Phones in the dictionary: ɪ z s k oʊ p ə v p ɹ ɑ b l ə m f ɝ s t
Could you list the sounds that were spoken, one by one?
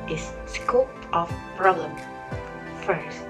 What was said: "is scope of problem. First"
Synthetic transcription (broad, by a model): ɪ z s k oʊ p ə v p ɹ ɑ l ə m f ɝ s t